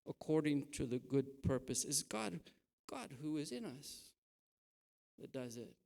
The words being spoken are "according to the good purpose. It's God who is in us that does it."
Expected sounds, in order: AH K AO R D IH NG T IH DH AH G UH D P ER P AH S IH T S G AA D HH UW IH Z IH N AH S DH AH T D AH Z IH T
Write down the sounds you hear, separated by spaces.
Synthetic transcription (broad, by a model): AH K AO R D IH NG T IH DH AH G UH D P ER P AH S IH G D G AA D HH UW IH Z IH N AH S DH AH T D AH Z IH T